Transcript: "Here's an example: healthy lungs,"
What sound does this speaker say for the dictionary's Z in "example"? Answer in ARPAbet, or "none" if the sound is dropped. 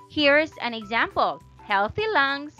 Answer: Z